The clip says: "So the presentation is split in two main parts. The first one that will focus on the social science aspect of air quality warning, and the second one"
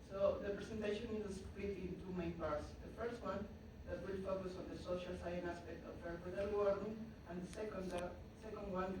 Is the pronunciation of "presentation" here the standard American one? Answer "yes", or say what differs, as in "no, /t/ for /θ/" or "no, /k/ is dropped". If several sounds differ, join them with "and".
no, /s/ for /z/